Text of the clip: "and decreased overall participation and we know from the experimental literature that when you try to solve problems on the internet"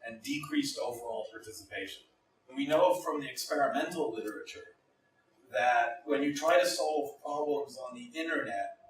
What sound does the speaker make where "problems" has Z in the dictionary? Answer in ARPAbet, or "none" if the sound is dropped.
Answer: Z